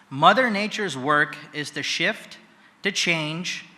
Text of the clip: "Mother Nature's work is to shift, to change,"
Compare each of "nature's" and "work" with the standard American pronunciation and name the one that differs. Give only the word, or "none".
none